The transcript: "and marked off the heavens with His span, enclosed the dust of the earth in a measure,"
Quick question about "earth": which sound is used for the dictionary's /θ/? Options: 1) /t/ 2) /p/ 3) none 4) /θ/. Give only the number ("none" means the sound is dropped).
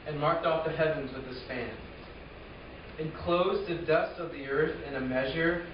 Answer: 4